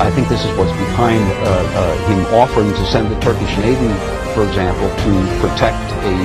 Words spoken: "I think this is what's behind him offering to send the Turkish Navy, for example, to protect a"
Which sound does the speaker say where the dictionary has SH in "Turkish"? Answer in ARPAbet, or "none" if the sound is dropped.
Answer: SH